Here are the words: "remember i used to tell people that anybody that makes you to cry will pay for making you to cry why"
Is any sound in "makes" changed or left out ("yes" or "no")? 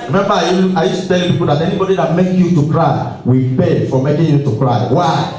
yes